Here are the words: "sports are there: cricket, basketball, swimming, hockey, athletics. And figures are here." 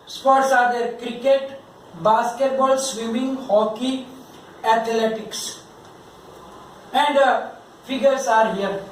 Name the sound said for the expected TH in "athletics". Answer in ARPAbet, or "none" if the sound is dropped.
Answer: T